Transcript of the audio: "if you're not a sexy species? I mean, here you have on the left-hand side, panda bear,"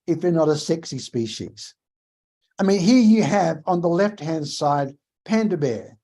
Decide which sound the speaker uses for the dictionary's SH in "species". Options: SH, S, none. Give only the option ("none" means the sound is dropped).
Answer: SH